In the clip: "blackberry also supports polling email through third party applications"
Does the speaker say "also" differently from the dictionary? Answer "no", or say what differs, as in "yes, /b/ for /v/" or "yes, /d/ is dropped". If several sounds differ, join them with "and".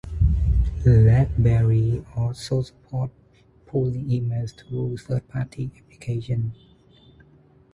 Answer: yes, /l/ is dropped